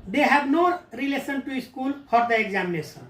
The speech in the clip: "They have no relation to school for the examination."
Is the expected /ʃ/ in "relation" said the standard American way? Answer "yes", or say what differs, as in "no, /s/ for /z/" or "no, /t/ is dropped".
no, /s/ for /ʃ/